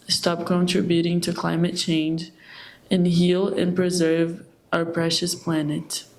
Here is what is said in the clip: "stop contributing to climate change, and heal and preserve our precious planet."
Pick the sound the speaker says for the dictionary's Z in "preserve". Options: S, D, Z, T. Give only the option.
Z